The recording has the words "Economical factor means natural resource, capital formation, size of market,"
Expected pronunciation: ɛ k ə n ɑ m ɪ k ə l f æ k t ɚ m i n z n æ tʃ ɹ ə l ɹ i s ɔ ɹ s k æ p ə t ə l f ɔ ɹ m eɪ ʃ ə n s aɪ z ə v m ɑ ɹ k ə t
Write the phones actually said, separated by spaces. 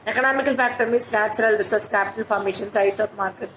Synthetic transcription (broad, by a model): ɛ k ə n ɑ m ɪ k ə l f æ k t ɚ m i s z n æ tʃ ɹ ə l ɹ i s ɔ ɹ s k æ p ə t ə l f ɔ ɹ m eɪ ʃ ə n s aɪ s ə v m ɑ ɹ k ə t